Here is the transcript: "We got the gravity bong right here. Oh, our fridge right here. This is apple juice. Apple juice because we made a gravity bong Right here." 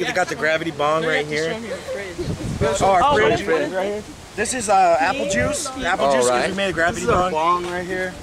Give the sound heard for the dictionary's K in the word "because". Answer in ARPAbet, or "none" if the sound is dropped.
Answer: none